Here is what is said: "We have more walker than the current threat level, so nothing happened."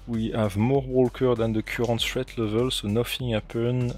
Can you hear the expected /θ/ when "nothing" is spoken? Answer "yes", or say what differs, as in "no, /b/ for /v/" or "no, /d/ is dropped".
no, /f/ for /θ/